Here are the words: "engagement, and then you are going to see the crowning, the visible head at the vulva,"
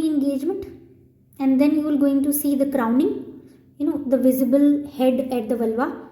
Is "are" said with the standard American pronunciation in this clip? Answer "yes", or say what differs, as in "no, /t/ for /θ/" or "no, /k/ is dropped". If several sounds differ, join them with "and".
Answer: no, /l/ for /ɹ/